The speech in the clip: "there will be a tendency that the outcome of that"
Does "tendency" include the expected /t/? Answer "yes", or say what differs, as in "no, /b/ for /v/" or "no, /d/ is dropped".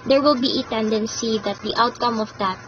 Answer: yes